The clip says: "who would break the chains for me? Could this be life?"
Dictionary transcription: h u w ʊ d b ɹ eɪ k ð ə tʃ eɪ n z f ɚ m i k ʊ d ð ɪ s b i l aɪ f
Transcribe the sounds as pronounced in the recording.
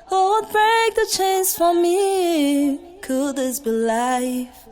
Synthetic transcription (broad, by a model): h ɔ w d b ɹ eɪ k ð ə tʃ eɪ n s f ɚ m i k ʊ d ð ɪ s b i l aɪ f